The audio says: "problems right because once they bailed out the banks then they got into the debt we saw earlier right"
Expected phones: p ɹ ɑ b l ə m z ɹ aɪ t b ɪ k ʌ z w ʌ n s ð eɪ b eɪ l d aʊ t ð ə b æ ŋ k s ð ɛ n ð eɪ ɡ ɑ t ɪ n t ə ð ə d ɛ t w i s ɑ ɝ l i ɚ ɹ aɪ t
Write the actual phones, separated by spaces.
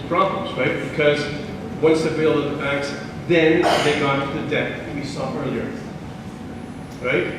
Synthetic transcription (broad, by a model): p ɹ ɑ b l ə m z ɹ aɪ t b ɪ k ʌ z w ʌ n s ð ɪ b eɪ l ʌ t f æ k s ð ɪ n ð eɪ ɡ ɑ t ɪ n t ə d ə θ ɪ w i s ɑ ɝ l i ɚ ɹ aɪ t